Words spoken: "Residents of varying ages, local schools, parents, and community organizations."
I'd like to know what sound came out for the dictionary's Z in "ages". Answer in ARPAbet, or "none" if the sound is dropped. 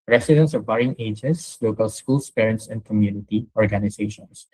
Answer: S